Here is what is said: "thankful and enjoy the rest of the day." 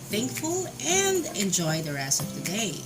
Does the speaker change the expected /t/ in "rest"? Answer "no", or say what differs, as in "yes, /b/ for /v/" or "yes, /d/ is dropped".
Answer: yes, /t/ is dropped